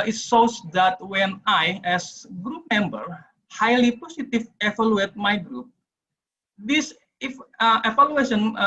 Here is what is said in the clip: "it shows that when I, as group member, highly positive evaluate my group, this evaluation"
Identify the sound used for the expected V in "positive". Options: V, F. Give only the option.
F